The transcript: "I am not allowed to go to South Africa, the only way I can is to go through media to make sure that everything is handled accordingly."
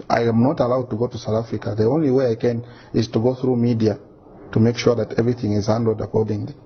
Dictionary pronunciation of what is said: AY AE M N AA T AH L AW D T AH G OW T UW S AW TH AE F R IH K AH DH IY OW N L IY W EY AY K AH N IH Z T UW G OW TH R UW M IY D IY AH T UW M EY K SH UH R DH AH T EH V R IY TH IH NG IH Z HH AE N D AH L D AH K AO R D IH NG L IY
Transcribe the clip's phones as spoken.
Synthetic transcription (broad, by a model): AY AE M N AA T AH L AW D T AH G OW T UW S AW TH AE F R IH K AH DH IY OW N L IY W EY AY K AH N IH Z T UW G OW TH R UW M IY D IY AH T UW M EY K SH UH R DH AH T EH V R IY TH IH NG IH Z HH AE N D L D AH K AO R D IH NG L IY